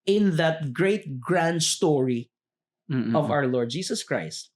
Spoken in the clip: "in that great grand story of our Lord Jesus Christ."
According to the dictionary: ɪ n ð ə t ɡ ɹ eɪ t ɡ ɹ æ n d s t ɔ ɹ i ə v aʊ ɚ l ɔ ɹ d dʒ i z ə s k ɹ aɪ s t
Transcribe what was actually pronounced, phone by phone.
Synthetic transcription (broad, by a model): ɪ n ð ə t ɡ ɹ eɪ t ɡ ɹ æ n d s t ɔ ɹ i ə v aʊ ɚ l ɔ ɹ d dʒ i s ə s k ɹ aɪ s t